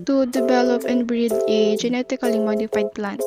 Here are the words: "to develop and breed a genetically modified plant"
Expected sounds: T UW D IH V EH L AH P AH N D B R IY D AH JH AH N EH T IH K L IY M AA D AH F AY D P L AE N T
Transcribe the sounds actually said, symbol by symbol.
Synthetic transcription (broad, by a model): T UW D IH V EH L AH P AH N B R IY D AH JH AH N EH T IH K L IY M AA D AH F AY D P L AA N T